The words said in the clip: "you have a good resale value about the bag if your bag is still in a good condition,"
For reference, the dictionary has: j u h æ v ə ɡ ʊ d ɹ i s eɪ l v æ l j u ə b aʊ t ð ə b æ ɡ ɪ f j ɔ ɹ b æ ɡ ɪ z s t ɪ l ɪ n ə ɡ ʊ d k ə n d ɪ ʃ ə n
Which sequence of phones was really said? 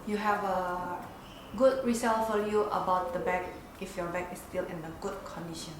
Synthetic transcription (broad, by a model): j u h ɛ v ə ɡ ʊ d ɹ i s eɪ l f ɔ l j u ə b aʊ t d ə b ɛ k ɪ f j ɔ b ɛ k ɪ s t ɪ l ɪ n ə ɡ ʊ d k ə n d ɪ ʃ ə n